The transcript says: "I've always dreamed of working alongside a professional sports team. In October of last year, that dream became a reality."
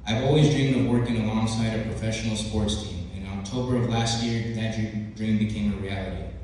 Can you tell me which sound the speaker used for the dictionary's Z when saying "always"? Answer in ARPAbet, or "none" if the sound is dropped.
Z